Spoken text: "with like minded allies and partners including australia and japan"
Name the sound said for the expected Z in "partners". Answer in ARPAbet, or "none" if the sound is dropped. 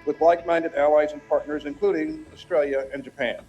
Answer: Z